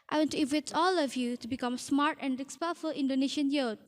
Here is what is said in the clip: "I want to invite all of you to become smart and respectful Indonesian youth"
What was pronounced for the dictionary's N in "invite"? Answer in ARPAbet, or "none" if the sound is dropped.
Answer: none